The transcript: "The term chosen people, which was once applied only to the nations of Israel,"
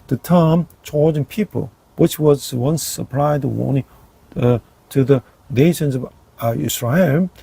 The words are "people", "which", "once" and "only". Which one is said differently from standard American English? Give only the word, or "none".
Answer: only